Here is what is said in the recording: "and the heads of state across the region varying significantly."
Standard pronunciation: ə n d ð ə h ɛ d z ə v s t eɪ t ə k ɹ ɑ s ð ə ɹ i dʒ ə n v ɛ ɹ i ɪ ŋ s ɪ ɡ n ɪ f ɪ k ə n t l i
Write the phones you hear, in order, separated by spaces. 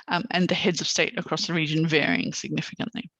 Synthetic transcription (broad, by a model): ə n ð ə h ɛ d z ə v s t eɪ t ə k ɹ ɑ s ð ə ɹ i dʒ ə n v ɛ ɹ i ɪ ŋ s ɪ ɡ n ɪ f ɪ k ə n t l i